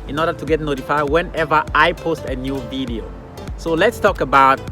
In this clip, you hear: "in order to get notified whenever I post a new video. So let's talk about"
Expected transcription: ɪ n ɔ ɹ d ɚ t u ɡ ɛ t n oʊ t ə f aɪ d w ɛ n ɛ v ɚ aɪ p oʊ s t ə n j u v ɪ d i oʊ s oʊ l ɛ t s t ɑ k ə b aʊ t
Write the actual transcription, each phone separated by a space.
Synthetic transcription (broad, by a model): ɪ n ɔ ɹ d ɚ t u ɡ ɛ t n oʊ t ə f aɪ d w ɛ n ɛ v ɚ aɪ p oʊ s t ə n j u v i d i oʊ s oʊ l ɛ t s t ɑ k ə b aʊ t